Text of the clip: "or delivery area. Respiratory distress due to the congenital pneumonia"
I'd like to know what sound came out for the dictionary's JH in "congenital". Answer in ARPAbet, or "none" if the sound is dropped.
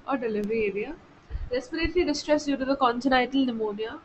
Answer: CH